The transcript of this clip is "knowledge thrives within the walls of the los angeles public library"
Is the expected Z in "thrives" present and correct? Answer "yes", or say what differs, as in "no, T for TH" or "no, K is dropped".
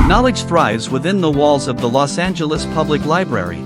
yes